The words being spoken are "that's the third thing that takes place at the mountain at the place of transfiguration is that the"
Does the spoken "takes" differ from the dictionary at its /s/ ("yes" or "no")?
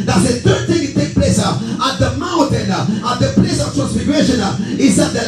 yes